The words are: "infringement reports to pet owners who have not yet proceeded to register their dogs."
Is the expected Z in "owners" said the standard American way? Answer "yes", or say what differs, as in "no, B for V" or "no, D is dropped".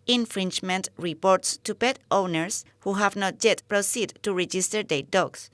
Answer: no, S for Z